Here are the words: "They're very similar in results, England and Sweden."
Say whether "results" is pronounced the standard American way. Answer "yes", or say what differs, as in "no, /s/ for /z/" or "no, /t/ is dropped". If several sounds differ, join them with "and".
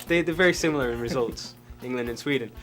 yes